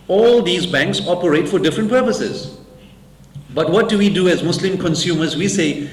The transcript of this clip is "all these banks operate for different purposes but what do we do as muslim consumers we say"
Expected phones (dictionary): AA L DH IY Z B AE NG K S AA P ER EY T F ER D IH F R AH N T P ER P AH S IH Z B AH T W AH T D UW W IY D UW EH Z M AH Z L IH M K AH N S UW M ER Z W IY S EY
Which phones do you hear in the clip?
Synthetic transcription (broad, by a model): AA L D IY Z B AE NG K S AA P ER EY T F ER D IH F R AH N T P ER P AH S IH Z B AH T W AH T D UW W IY D UW EH Z M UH S L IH M K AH N S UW M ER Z W IY S EY